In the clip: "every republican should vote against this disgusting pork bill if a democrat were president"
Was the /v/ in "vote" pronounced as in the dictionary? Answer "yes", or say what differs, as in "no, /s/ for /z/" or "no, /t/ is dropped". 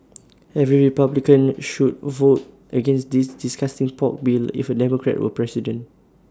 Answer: yes